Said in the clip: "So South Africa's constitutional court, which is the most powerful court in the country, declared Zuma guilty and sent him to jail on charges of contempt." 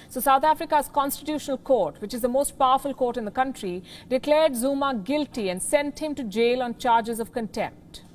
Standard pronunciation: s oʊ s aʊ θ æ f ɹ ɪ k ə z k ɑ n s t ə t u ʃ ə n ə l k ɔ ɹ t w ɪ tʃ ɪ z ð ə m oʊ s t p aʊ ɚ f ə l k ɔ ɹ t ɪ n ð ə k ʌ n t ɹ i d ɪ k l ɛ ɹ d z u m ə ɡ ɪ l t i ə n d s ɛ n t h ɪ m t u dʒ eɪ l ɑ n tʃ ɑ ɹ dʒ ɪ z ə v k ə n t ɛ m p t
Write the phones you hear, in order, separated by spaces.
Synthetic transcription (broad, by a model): s oʊ s aʊ t æ f ɹ ɪ k ə z k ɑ n s t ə t u ʃ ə n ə l k ɔ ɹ t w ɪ tʃ ɪ z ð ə m oʊ s t p aʊ ɚ f ə l k ɔ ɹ t ɪ n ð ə k ʌ n t ɹ i d ɪ k l ɛ ɹ d z u m ə ɡ ɪ l t i ə n d s ɛ n t h ɪ m t u dʒ eɪ l ɑ n tʃ ɑ ɹ dʒ ɪ z ə v k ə n t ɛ m p t